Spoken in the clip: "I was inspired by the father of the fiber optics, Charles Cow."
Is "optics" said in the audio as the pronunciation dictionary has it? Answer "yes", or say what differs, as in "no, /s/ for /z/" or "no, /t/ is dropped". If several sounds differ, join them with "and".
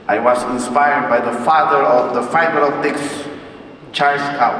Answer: no, /p/ is dropped